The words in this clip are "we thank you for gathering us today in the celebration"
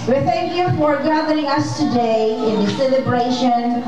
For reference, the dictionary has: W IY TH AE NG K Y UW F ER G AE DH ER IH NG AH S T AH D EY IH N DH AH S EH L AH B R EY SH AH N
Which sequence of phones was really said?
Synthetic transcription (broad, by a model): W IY TH AE NG K Y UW F ER G AE DH ER IH NG AH S T AH D EY IH N DH AH S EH L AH B R EY SH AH N